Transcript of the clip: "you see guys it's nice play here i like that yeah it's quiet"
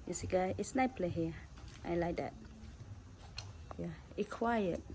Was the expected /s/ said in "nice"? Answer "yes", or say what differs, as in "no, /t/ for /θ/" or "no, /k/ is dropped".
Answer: no, /s/ is dropped